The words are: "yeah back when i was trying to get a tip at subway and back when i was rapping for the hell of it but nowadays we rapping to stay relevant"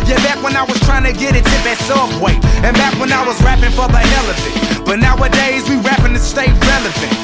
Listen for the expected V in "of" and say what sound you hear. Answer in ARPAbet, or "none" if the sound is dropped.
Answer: F